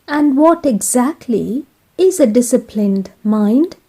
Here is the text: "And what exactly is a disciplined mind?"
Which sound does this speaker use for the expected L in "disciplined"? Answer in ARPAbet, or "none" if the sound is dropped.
L